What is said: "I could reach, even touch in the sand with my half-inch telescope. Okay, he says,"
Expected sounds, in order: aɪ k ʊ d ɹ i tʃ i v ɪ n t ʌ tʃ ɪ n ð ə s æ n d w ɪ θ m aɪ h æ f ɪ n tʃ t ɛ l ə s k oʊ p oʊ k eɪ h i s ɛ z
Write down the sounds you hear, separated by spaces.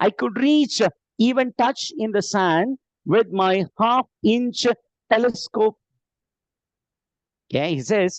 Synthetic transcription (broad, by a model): aɪ k ʊ d ɹ i tʃ i v ɪ n t ʌ tʃ ɪ n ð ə s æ n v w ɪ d m aɪ h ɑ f ɪ n tʃ t ɛ l ə s k oʊ p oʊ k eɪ h i s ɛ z